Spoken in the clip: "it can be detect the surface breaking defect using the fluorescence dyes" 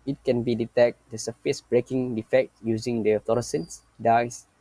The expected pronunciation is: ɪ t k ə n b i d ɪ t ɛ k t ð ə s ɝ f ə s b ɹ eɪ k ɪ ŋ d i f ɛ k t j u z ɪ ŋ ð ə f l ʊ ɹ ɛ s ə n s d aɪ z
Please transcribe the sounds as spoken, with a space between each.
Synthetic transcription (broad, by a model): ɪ t k ə n b i d ɪ t ɛ k t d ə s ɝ f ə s b ɹ eɪ k ɪ ŋ d i f ɛ k t j u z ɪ ŋ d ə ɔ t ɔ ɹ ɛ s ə n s d aɪ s